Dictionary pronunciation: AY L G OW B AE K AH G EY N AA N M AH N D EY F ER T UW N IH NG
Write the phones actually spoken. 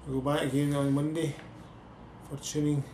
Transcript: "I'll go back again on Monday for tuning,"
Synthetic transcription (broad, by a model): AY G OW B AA AH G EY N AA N M AH N D EY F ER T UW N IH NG